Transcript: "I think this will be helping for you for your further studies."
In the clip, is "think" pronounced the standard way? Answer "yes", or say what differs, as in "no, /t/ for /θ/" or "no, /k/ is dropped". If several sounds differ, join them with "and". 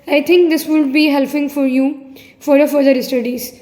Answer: no, /t/ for /θ/